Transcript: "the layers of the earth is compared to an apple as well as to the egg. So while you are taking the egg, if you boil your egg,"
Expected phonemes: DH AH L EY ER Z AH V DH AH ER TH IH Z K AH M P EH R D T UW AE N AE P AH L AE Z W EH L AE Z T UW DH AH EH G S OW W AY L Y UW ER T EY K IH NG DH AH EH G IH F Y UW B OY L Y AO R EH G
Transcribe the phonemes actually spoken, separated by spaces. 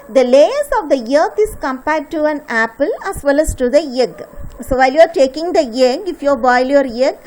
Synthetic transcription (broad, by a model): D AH L EY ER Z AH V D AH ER T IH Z K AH M P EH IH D T UW AE N AE P AH L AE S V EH L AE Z T UW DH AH EH G S OW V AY L Y UW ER T EY K IH NG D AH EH G IH F Y UW B OY L Y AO R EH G